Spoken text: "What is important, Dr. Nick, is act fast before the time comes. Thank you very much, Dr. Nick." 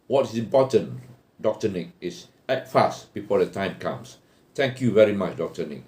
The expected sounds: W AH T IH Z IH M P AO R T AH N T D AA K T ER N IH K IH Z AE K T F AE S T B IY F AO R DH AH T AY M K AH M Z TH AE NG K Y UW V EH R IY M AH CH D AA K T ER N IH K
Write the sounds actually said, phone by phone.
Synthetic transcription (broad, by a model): W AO T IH S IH M P AO T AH N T D AA K T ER N IH K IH S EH T F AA S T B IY F AO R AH T AY M K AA M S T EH NG K Y UW V EH R IY M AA CH D AA K T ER N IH K